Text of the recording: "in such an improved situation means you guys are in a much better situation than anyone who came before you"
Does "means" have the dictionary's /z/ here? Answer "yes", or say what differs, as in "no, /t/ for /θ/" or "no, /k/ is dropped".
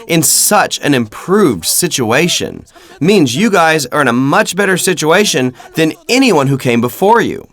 yes